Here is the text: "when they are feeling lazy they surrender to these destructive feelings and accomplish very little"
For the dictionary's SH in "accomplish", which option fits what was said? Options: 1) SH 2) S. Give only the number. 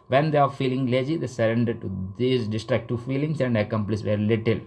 2